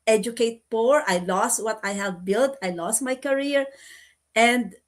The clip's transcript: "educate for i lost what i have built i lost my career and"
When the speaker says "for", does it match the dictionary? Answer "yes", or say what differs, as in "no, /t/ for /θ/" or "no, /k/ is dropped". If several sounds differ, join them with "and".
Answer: no, /p/ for /f/